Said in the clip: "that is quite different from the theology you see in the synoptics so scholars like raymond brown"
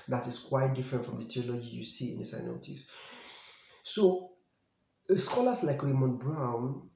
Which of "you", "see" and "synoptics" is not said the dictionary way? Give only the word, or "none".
synoptics